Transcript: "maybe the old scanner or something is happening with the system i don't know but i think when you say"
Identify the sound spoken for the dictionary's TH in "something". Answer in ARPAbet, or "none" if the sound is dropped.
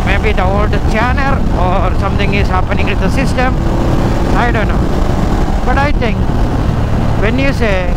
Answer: T